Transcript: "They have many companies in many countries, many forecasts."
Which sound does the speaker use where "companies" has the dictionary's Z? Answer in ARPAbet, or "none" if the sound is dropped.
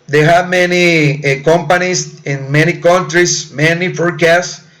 S